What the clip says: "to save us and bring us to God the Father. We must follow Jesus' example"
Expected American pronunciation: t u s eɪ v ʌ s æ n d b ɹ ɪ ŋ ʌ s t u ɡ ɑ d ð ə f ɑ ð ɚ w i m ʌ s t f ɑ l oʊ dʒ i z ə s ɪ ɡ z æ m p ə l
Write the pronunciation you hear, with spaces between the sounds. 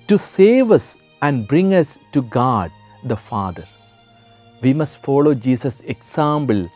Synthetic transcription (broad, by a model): t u s eɪ v ʌ s æ n d b ɹ ɪ ŋ ʌ s t u ɡ ɑ d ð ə f ɑ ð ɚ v i m ʌ s t f ɑ l oʊ dʒ i s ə s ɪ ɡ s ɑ m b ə l